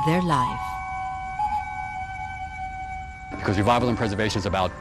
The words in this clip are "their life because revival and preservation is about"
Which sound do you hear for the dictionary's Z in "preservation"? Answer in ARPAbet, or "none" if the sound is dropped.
Z